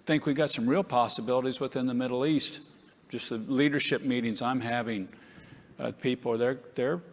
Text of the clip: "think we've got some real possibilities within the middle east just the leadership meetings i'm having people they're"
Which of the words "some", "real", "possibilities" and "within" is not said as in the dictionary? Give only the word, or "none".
none